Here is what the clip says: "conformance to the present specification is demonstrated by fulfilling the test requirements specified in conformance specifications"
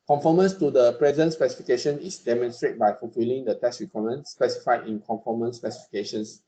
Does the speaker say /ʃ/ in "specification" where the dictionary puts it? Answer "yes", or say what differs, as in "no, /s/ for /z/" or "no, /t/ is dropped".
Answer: yes